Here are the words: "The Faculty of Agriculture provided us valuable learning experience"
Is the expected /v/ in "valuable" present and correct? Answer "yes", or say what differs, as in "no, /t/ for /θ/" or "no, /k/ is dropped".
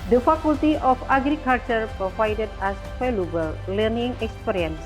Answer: no, /f/ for /v/